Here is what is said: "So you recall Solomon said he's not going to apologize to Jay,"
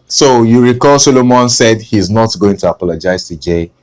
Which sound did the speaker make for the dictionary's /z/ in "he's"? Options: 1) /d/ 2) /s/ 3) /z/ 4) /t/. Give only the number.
3